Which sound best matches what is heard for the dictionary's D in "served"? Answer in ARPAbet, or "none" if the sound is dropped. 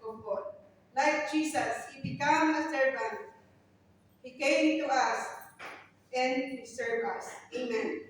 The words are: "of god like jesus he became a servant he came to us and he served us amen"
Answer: none